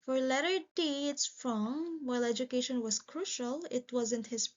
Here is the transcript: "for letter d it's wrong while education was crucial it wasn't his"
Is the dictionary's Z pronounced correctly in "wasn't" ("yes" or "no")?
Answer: yes